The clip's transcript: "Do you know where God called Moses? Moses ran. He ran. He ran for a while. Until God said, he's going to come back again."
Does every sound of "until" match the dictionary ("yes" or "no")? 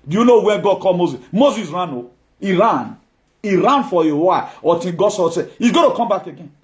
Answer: no